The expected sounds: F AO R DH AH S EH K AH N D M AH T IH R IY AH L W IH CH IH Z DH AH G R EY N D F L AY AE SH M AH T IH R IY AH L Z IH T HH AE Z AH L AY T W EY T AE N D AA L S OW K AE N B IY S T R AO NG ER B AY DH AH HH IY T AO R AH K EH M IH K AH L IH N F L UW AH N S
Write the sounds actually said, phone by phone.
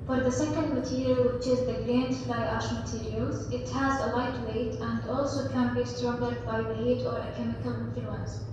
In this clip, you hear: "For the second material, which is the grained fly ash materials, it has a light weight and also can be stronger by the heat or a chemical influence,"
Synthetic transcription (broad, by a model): F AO R DH AH S EH K AH N D M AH T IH R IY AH L W IH CH IH Z DH AH G R EY N D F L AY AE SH M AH T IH R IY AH L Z IH T HH AE Z AH L AY T W EY T AE N D AA L S OW K AE N B IY S T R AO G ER B AY DH AH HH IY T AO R AH K EH M IH K AH L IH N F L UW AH N S